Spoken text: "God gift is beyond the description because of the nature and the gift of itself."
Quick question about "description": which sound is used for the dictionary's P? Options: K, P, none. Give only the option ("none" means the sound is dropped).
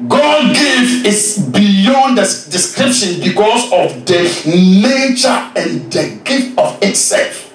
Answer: P